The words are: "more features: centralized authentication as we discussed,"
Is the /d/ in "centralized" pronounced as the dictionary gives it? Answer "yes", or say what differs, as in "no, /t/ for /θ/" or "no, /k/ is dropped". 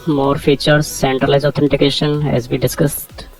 no, /d/ is dropped